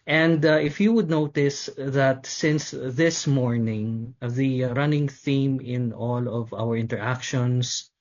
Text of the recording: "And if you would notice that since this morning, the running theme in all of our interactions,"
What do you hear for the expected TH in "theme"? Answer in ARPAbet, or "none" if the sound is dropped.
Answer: TH